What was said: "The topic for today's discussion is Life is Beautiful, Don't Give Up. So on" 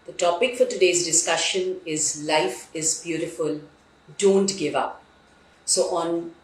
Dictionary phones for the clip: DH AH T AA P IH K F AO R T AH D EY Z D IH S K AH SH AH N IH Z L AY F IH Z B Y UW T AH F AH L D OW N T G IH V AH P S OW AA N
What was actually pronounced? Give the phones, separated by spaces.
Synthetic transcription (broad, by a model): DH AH T AA P IH K F AO R T AH D EY Z D IH S K AH SH AH N IH Z L AY F IH Z B Y UW T AH F AH L D OW N T G IH V AH P S OW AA N